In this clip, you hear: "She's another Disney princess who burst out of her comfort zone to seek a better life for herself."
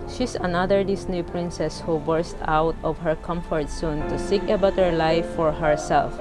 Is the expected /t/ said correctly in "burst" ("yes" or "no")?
yes